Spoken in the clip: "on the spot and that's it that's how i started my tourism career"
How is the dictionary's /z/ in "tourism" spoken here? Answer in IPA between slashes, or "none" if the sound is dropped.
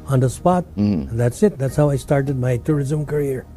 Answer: /z/